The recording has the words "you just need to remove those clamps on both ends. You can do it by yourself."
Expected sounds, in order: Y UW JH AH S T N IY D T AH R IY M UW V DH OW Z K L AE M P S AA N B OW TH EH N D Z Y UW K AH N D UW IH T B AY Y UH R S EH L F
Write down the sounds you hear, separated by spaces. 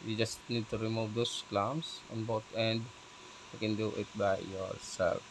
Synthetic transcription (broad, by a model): Y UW JH AH S T N IY D T AH R IY M UW V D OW S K L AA M S AA N B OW T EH N D Y UW K AH N D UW IH T B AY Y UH R S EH L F